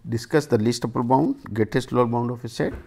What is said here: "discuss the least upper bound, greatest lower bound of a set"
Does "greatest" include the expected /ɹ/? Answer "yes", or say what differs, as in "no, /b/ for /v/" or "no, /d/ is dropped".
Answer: no, /ɹ/ is dropped